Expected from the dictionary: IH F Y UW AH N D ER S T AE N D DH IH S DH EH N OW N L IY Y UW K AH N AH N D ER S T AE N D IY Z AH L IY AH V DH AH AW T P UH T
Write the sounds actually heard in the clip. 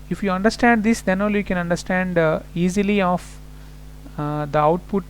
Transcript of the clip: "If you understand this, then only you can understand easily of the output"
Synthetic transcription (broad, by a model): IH F Y UW AH N D ER S T AE N D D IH S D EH N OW L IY Y UW K AH N AH N D ER S T AE N D IY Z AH L IY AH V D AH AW T P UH T